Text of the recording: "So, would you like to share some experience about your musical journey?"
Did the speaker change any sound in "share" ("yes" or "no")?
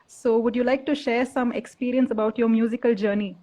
no